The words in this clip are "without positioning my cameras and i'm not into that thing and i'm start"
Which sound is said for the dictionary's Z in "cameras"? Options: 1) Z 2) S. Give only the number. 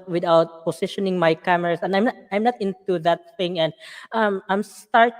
2